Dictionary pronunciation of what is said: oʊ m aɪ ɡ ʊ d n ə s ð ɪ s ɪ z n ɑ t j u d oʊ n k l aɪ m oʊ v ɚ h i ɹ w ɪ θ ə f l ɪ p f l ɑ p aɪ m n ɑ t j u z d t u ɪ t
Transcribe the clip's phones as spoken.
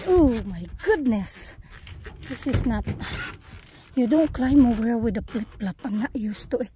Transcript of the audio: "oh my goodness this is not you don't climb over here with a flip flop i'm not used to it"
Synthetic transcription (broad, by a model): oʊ m aɪ ɡ ʊ d n ə s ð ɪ s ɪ s n ɑ t j u d oʊ n k l aɪ m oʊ v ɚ ɹ w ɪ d ə p l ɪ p l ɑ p aɪ m n ɑ t j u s t u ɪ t